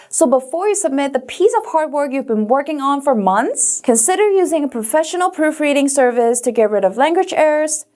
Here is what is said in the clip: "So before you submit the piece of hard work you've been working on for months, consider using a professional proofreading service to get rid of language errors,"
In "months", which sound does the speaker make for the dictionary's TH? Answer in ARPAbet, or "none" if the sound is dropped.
TH